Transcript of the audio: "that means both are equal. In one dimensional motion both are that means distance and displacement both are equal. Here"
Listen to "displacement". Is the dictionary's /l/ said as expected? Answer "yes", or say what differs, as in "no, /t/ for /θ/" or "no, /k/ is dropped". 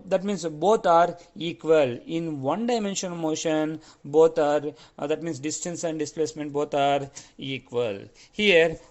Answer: yes